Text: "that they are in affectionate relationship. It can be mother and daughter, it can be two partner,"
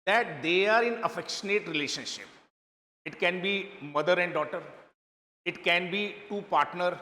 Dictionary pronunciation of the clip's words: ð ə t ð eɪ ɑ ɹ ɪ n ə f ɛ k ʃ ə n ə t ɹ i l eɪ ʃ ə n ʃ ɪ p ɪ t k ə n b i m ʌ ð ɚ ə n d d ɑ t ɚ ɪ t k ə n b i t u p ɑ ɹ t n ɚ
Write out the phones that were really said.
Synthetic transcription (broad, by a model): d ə t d eɪ ɑ ɹ ɪ n ə f ɛ k ʃ ə n ə t ɹ i l eɪ ʃ ə n ʃ ɪ p ɪ t k ə n b i m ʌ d ɚ ə n d d ɑ t ɚ ɪ t k ə n b i t u p ɑ ɹ t n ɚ